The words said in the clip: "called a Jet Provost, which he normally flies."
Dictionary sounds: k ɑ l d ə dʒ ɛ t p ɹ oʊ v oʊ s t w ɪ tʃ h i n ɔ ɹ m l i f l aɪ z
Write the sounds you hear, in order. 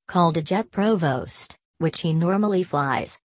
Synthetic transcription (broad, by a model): k ɑ l d ə dʒ ɛ t p ɹ oʊ v oʊ s t w ɪ tʃ h i n ɔ ɹ m l i f l aɪ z